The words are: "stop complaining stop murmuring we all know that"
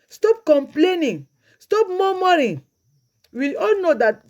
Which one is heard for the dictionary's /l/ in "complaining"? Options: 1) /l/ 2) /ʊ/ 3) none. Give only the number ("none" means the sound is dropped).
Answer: 1